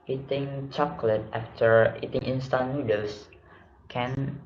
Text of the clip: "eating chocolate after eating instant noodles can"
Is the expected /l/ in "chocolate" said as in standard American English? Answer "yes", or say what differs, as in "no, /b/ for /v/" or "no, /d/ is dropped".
yes